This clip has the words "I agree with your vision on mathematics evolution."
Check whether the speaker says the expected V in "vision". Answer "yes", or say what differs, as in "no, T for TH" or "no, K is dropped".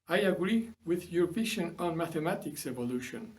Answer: no, P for V